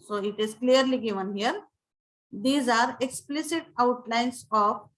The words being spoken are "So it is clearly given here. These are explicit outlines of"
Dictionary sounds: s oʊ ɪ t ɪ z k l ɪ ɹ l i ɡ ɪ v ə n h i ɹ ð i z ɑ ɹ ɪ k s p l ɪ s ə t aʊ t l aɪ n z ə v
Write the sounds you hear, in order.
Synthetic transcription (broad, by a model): s oʊ ɪ t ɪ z k l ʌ ɹ l i ɡ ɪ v ə n h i ɹ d i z ɑ ɹ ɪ k s p l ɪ s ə t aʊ t l aɪ n s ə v